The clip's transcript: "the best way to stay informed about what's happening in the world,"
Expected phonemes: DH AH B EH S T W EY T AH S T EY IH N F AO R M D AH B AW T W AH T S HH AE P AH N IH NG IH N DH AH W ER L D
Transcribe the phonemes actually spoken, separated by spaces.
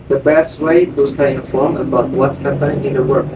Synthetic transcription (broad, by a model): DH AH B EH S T W EY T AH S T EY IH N F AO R M AH B AW T W AH T S HH AE P AH N IH NG IH N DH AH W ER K